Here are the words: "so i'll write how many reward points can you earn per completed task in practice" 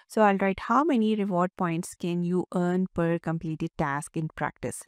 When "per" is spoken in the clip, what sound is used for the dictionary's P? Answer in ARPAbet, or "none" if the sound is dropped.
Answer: P